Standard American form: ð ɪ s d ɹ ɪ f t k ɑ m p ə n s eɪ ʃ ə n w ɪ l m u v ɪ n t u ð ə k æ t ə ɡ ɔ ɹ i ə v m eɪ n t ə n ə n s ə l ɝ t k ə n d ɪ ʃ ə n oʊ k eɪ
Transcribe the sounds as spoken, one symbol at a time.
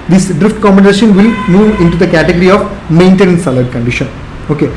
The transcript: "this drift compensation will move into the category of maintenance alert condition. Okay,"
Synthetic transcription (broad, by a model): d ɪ s d ɹ ɪ f t k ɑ m b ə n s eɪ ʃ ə n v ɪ l m u v ɪ n t u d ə k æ t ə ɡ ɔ ɹ i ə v m eɪ n t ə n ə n s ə l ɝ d k ə n d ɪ ʃ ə n oʊ k eɪ